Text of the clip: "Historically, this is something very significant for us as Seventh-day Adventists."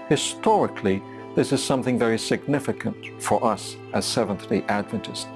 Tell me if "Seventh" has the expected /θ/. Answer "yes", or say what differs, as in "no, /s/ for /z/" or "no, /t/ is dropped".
yes